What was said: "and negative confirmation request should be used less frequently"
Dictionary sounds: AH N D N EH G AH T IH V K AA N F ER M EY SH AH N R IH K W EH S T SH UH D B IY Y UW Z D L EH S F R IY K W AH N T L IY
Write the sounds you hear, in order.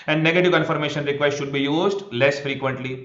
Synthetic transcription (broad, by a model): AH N D N EH G AH T IH V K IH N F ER M EY SH AH N R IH K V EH S T SH UH D B IY Y UW Z D L EH S F R IY K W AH N T L IY